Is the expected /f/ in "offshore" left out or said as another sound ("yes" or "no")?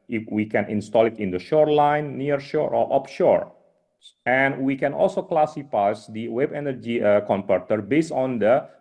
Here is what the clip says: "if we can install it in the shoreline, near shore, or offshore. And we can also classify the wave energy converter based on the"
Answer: yes